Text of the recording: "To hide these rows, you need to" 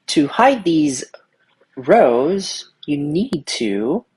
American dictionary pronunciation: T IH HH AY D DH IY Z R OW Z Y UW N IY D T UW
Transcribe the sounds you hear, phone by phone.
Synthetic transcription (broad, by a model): T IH HH AY D DH IY Z R OW Z Y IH N IY D T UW